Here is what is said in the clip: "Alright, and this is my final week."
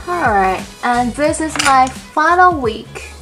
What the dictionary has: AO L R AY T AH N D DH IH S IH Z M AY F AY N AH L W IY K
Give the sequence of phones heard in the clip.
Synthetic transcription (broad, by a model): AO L R AY T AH N DH IH S IH Z M AY F AY N L W IY K